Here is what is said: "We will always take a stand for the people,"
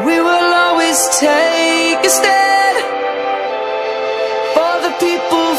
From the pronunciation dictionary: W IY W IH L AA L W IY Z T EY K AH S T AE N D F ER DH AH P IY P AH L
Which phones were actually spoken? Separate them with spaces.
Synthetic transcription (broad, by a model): W IY W IH L AA L W IY Z T EY K AH S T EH D F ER DH AH P IY P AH L